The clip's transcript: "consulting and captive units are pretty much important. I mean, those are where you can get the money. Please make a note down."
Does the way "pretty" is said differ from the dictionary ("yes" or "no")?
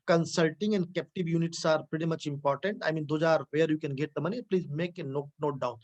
no